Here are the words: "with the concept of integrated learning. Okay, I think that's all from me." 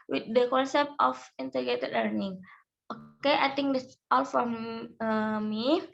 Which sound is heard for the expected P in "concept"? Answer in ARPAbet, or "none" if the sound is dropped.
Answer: P